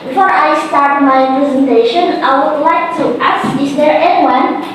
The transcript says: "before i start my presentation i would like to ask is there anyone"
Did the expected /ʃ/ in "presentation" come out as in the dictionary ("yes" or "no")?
yes